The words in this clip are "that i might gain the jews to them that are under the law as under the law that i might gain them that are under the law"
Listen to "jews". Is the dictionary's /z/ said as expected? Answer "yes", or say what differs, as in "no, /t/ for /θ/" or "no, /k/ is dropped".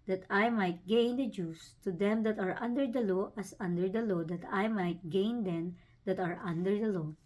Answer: no, /s/ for /z/